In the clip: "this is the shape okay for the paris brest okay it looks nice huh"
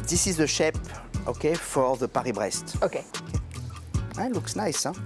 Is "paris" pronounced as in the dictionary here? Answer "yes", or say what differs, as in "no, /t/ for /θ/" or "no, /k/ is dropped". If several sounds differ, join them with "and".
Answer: no, /s/ is dropped